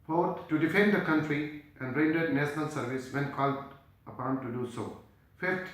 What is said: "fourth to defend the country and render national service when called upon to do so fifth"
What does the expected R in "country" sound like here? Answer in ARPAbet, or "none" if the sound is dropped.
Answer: R